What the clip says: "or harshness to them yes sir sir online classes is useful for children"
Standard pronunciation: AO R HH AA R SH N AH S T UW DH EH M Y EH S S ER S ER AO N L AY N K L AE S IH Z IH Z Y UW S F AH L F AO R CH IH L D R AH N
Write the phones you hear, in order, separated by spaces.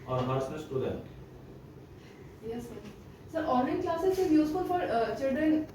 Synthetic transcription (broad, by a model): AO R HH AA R S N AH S T UW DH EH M Y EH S S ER S ER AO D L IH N K L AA S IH S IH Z Y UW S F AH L F AO R CH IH L D R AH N